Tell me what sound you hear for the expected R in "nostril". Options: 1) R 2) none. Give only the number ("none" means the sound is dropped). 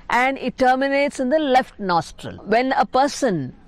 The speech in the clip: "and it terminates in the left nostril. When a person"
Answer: 1